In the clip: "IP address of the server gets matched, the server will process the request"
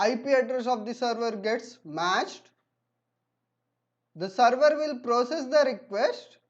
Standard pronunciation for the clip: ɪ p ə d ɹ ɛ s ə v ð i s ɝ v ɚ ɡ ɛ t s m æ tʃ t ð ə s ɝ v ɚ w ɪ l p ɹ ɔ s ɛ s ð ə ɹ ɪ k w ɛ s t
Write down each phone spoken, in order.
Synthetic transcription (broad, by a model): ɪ p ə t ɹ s ə v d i s ɝ v ɚ ɡ ɛ t s m æ tʃ t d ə s ɝ v ɚ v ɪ l p ɹ ɔ s ɛ s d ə ɹ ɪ k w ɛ s t